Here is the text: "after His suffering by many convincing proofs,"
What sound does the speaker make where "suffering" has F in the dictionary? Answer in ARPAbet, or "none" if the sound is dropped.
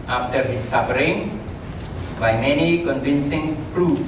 P